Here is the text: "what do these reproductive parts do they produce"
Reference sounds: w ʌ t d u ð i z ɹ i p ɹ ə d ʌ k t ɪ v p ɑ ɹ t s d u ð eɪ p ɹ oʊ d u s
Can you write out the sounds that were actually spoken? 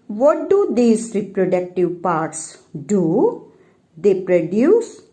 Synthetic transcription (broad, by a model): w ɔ t d u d i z ɹ i p ɹ ə d ʌ k t ɪ v p ɑ ɹ t s d u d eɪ p ɹ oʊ d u s